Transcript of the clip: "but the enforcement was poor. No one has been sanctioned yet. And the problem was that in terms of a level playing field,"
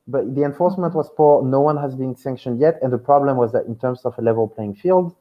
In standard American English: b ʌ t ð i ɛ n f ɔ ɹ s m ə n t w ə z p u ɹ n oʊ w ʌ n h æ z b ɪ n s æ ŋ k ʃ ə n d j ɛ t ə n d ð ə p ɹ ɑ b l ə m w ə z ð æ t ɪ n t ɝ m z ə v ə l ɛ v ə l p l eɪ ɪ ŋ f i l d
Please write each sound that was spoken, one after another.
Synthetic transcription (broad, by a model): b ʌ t ð i ɛ n f ɔ ɹ s m ə n t w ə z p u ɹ n oʊ w ʌ n h æ z b ɪ n s æ ŋ k ʃ ə n d j ɛ t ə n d ð ə p ɹ ɑ b l ə m w ə z ð æ t ɪ n t ɝ m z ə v ə l ɛ v ə l p l eɪ ɪ ŋ f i l d